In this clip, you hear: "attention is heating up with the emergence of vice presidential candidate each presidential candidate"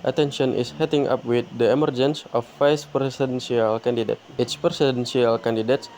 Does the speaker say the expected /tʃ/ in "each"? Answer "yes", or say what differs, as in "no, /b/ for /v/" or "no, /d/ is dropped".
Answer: no, /s/ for /tʃ/